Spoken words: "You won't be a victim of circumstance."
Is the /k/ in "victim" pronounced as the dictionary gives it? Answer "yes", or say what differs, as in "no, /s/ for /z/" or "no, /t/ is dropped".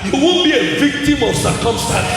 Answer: yes